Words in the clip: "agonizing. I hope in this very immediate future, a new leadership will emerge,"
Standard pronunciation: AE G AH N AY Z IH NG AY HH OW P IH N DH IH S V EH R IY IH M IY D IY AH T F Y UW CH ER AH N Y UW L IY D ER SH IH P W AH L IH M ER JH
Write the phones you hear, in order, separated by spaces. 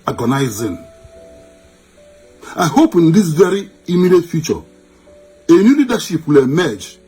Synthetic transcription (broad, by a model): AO G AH N AY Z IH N AY HH OW P IH N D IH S V EH R IY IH M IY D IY T F Y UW CH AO AH N Y UW L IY D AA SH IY P W AH L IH M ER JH